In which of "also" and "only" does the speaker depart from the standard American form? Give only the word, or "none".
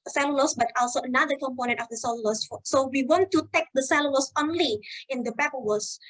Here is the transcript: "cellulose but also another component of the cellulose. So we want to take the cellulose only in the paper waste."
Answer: none